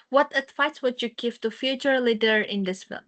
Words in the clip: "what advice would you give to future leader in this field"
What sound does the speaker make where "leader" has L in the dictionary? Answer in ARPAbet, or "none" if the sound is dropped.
L